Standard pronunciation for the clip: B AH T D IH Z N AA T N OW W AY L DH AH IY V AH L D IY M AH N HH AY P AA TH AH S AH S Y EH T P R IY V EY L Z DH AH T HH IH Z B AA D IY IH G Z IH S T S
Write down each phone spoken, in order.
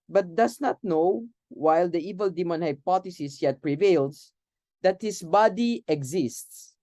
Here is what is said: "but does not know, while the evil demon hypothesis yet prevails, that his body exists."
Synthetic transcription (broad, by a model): B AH T D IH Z N AA T N OW W AY L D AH IY V AH L D IY M AH N HH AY P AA T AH S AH S Y EH T P R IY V EY L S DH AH T HH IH S B AA D IY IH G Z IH S T S